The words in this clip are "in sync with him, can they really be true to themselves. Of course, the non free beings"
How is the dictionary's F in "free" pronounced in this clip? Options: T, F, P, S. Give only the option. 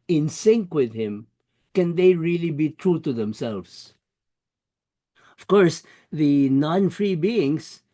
F